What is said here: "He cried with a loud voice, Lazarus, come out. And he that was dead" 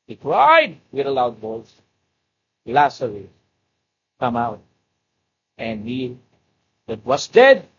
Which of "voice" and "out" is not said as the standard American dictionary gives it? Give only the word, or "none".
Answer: voice